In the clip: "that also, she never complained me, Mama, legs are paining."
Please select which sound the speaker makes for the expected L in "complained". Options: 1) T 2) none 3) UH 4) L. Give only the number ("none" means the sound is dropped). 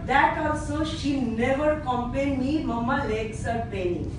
2